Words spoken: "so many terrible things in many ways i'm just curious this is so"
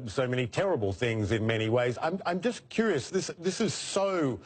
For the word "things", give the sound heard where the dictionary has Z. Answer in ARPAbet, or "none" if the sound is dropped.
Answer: Z